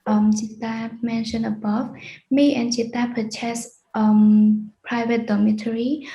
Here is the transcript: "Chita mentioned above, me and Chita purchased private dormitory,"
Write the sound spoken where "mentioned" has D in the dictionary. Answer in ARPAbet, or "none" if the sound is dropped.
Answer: none